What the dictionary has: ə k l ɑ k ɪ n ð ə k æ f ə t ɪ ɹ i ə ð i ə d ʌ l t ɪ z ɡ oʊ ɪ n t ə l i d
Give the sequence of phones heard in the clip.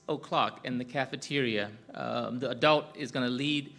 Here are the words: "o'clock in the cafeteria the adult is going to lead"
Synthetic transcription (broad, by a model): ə k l ɑ k ɪ n ð ə k æ f ə t ɪ ɹ i ə ð i ə d ʌ l t ɪ z ɡ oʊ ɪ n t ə l i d